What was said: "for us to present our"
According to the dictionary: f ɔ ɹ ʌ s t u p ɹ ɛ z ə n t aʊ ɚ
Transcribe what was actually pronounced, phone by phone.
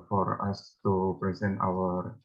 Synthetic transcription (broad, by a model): f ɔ ɹ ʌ s t u p ɹ ɛ z ə n t aʊ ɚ